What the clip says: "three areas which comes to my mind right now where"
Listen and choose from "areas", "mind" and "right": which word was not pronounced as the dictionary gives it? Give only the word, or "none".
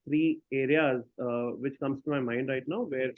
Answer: none